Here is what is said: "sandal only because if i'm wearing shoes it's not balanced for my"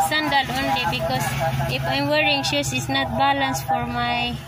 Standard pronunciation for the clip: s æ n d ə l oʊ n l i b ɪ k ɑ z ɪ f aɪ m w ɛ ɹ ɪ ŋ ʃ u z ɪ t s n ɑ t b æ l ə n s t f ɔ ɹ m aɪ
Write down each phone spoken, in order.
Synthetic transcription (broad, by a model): s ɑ n d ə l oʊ n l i b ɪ k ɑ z ɪ f aɪ m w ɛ ɹ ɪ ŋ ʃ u s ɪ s n ɑ t b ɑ l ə n s f ɔ ɹ m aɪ